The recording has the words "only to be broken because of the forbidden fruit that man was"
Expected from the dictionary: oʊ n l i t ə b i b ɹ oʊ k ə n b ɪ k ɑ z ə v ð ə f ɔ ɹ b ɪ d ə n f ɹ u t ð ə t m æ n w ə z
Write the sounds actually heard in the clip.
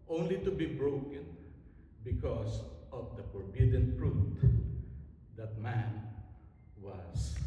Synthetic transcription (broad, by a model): oʊ n l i t ə b i b ɹ oʊ k ə n b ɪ k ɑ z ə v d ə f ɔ ɹ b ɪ d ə n p ɹ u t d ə t m æ n w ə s